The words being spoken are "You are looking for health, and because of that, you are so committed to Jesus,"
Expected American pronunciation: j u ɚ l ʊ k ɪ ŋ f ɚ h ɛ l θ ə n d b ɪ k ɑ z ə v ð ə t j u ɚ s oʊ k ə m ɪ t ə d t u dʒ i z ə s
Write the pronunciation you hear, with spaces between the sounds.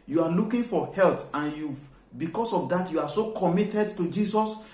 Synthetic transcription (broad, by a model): j u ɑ l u k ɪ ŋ f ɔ h ɛ l t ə n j b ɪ k ɑ s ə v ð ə t j u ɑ s oʊ k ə m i t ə d t u dʒ i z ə s